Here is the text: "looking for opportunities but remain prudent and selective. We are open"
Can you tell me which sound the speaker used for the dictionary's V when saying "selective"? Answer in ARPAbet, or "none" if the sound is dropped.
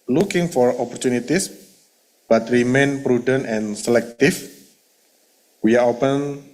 F